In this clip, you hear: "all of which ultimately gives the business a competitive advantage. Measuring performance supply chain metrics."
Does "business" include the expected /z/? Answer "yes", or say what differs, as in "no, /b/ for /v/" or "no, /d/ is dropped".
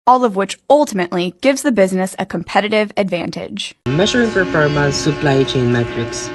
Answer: yes